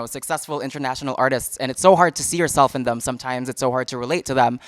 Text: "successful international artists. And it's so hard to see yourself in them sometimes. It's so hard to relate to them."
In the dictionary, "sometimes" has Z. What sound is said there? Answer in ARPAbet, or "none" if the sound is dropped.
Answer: Z